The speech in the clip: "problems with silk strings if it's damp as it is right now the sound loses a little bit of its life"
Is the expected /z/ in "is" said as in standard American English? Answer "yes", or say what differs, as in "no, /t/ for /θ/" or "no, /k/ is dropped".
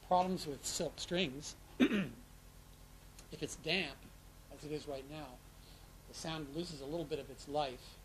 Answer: yes